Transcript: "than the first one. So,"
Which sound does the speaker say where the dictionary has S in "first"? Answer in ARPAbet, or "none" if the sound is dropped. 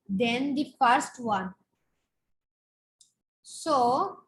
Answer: S